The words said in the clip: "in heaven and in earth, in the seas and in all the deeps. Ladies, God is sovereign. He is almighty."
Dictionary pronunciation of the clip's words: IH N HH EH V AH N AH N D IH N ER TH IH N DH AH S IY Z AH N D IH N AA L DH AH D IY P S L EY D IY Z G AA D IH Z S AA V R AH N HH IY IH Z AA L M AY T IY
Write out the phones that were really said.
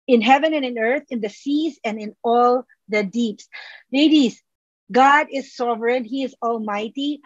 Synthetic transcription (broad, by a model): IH N HH EH V AH N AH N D IH N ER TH IH N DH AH S IY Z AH N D IH N AA L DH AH D IY P S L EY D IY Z G AA D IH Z S AA V R AH N HH IY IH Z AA L M AY T IY